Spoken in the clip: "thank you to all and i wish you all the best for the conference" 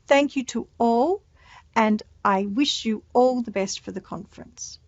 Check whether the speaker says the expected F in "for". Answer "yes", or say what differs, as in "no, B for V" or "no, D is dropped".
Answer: yes